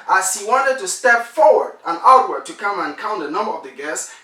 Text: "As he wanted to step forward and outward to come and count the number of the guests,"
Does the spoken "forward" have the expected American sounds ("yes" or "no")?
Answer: yes